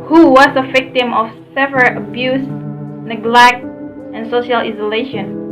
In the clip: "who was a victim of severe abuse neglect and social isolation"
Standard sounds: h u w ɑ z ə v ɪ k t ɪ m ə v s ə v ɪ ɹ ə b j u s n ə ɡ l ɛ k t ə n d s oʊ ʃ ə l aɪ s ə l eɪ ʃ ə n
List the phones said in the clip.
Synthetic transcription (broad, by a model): h u w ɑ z ə v ɪ k t ɪ m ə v s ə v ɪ l ə b j u s n ə ɡ l ɛ k t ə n s oʊ ʃ ə l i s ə l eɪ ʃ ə n